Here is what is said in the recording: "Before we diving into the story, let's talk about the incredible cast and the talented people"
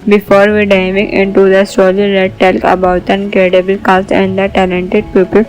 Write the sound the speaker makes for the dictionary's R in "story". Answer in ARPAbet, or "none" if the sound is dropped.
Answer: L